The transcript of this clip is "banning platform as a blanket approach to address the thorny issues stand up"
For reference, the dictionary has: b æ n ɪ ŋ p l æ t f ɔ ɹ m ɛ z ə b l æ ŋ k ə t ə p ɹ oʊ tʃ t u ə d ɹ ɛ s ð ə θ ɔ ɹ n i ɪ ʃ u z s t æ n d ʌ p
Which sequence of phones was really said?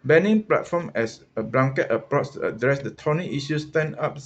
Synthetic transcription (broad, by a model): b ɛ n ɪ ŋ p l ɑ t f ɔ m ɛ s ə b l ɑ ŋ k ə t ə p ɹ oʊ s t u ə d ɹ ɛ s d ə t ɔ n i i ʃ u s t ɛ n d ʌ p